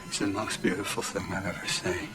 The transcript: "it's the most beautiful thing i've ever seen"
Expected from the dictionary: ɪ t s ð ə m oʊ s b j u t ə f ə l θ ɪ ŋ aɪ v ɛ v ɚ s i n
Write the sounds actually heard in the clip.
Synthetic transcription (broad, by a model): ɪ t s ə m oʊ s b j u t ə f l θ ɪ ŋ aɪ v ɛ v ɚ s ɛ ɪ